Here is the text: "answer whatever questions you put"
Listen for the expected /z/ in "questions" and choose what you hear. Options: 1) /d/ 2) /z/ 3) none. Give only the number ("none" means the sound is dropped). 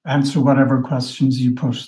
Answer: 2